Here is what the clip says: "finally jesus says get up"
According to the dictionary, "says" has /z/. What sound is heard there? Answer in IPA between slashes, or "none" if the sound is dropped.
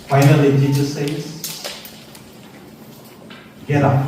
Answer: /s/